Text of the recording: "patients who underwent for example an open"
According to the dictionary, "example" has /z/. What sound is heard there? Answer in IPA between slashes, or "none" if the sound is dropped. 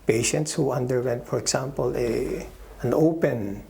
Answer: /s/